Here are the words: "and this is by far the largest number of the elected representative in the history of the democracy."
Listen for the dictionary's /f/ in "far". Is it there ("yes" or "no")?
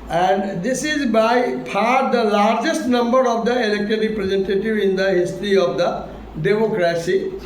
no